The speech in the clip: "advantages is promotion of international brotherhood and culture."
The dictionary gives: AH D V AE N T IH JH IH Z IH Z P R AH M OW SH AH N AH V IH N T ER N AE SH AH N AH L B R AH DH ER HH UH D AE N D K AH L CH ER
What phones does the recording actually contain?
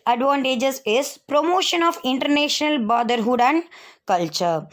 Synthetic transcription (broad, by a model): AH D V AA N T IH JH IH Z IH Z P R AH M OW SH AH N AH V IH N T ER N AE SH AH N AH L B AO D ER HH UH D AE N D K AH L CH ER